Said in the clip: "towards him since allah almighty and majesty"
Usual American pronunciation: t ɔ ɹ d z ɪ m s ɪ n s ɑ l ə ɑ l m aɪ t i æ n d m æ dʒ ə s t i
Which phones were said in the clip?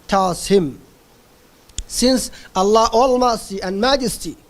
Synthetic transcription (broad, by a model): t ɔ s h ɪ m s ɪ n s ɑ l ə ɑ l m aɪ s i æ n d m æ dʒ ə s t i